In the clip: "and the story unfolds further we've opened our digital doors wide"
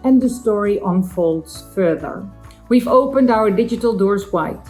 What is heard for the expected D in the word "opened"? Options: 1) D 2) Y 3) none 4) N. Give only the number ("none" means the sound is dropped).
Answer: 1